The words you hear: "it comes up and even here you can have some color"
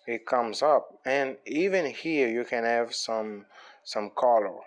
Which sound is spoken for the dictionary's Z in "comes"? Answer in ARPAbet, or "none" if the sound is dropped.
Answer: Z